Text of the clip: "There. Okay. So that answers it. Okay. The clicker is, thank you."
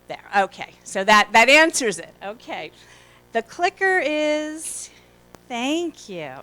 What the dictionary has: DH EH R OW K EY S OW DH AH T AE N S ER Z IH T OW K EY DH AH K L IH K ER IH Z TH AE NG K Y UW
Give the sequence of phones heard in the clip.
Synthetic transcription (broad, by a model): DH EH R OW K EY S OW DH AH T AE N S ER Z IH T OW K EY DH AH K L IH K ER IH Z TH AE NG K Y UW